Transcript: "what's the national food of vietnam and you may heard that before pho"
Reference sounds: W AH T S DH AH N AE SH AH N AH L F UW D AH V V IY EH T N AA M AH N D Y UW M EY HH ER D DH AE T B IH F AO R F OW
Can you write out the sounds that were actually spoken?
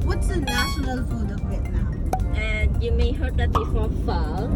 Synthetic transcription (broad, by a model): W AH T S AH N AE SH AH N AH L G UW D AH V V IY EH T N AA AH N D Y UW M EY HH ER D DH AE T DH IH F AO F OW